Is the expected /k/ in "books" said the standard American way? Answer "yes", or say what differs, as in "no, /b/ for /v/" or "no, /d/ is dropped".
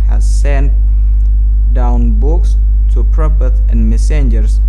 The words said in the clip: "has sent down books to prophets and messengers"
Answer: yes